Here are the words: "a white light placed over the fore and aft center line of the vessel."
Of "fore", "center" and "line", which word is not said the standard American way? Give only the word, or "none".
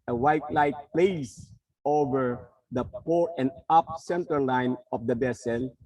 fore